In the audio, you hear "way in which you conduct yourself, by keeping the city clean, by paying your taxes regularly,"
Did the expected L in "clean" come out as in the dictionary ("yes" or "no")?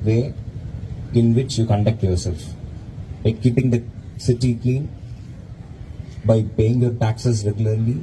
no